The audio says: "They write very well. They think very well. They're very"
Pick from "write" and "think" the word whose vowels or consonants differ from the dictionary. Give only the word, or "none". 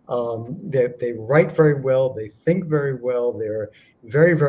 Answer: none